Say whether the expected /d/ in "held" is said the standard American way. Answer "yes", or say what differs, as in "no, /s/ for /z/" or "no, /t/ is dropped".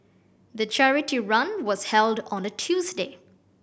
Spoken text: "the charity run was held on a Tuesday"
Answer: yes